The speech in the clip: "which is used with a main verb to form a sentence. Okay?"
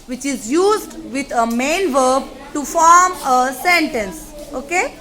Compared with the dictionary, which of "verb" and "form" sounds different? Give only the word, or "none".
none